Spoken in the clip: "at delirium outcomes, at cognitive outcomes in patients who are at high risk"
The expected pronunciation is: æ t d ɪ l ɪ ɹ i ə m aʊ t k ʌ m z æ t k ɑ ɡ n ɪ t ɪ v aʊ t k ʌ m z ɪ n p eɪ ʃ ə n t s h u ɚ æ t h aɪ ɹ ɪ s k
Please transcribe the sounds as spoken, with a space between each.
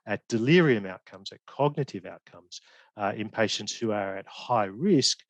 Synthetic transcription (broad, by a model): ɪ t d ɪ l ɪ ɹ i ə m aʊ t k ʌ m z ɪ t k ɑ ɡ n ɪ t ɪ v aʊ t k ʌ m z ɪ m p eɪ ʃ ə n t s h u ɚ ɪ t h aɪ ɹ ɪ s k